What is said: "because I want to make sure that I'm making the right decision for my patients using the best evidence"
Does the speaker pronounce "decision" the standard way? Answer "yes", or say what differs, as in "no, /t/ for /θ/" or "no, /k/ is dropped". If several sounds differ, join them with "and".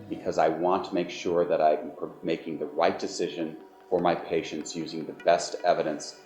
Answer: yes